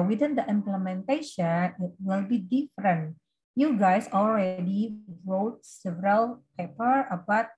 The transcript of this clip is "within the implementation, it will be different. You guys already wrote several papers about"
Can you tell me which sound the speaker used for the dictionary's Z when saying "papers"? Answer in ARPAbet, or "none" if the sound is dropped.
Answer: none